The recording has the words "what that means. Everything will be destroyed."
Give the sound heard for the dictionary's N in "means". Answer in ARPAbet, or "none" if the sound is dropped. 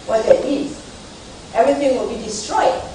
none